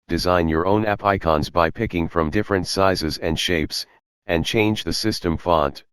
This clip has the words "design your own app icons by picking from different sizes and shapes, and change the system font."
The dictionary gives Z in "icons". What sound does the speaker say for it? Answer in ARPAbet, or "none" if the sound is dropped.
Z